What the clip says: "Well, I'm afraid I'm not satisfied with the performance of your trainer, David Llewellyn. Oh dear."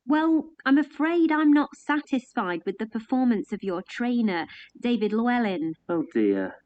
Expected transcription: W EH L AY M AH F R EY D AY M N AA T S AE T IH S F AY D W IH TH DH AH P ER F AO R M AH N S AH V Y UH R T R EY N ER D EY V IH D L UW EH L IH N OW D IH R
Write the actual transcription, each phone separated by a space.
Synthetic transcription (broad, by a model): W EH L AY M AH F R EY D AY M N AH T S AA T IH S F AY D W IH DH AH P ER F AO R M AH N S AH V Y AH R T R EY N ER D EY V IH D L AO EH L IH N OW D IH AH